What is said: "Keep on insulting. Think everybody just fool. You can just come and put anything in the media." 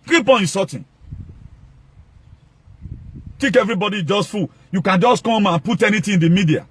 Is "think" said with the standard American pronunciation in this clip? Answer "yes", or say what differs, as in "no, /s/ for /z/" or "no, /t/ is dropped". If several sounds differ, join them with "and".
no, /ŋ/ is dropped